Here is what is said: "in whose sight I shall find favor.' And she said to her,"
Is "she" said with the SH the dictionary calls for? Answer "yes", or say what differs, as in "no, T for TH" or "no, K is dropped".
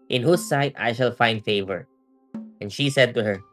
yes